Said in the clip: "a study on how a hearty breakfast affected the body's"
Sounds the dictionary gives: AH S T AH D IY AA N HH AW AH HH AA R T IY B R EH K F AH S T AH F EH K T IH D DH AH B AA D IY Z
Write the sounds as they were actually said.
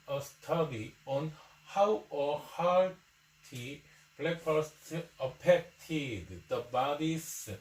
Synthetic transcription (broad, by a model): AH S T AH D IY AA N HH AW AH HH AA W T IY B L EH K AH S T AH P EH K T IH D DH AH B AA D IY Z